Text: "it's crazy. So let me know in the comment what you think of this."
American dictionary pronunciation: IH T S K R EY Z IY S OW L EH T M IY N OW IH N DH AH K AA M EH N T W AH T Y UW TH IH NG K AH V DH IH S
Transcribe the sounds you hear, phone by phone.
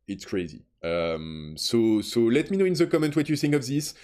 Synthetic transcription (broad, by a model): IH T S K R EY Z IY S OW L EH T M IY N OW IH N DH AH K AA M EH N T W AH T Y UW TH IH NG K AH V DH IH S